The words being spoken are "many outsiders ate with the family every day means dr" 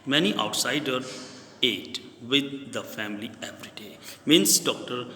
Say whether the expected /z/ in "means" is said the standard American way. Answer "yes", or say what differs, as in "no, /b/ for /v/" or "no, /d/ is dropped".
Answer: no, /s/ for /z/